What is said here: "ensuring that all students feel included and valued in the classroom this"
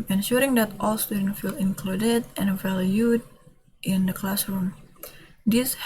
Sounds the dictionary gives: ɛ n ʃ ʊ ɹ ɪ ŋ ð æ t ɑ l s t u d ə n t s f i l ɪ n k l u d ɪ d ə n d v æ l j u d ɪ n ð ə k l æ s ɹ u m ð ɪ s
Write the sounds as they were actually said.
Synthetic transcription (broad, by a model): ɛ n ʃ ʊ ɹ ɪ ŋ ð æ t ɑ l s t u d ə n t f i l ɪ n k l u d ɪ d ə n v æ l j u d ɪ n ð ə k l æ s ɹ u m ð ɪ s